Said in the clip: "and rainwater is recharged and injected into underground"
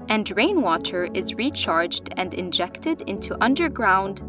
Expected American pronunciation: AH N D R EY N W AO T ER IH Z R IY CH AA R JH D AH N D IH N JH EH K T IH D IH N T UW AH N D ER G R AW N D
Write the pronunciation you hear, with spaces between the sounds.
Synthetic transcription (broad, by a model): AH N D R EY N W AO T ER IH Z R IY CH AA R JH D AH N D IH N JH EH K T IH D IH N T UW AH N D ER G R AW N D